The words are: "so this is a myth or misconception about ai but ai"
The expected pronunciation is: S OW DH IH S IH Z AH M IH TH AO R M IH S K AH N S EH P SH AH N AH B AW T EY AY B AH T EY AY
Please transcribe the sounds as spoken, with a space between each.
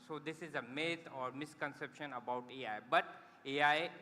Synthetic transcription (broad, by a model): S OW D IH S IH Z AH M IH T AO R M IH S K AH N S EH P SH AH N AH B AW T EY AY B AH T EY AY